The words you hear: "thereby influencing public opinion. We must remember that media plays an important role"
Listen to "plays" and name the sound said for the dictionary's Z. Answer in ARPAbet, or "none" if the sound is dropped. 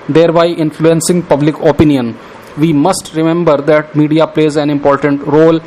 Z